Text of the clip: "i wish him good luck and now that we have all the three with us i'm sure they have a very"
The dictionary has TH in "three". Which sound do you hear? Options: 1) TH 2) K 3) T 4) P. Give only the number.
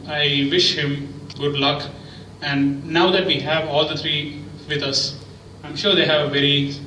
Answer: 3